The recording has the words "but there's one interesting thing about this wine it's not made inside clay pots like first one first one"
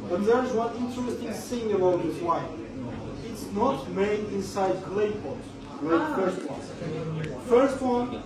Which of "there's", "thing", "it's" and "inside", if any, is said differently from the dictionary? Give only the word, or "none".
thing